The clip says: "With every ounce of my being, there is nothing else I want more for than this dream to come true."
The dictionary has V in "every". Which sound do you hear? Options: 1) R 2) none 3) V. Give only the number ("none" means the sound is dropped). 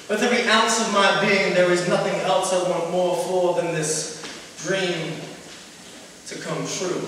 2